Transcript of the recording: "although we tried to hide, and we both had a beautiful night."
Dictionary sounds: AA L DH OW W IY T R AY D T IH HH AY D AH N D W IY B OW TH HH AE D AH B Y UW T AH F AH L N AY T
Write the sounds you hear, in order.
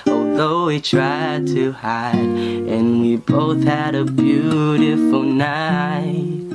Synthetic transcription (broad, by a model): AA L DH OW W IY T R AY D T IH HH AY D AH N W IY B OW TH HH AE D AH B Y UW T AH F L N AY T